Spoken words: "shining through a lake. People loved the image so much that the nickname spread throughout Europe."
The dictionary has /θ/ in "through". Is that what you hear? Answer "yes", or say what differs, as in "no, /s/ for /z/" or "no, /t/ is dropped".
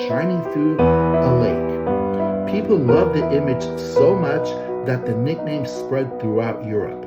no, /f/ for /θ/